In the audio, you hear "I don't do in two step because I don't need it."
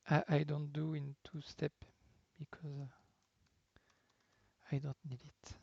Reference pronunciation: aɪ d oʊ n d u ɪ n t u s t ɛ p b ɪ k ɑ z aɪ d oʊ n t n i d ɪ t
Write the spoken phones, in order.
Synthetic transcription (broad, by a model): aɪ d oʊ n d u ɪ n t u s t ɛ p b ɪ k ɑ z aɪ d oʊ n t n i d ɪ t